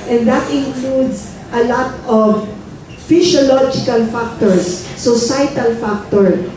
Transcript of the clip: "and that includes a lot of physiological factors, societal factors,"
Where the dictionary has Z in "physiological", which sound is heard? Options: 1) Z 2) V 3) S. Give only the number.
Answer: 3